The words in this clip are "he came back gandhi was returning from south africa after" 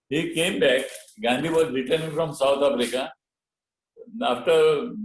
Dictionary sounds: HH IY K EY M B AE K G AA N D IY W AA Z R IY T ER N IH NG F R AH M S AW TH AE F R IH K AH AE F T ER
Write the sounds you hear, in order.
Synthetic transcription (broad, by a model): HH IY K EY M B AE K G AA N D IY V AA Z R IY T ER N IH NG F R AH M S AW T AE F R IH K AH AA F T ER